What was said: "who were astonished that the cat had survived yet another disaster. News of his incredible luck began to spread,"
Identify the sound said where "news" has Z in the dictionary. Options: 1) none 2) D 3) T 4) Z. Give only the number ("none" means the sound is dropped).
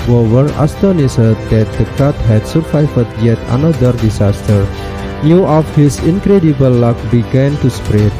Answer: 1